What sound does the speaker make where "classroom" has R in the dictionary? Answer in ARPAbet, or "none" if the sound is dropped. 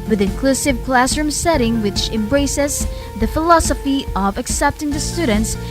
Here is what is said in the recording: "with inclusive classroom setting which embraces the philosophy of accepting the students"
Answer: R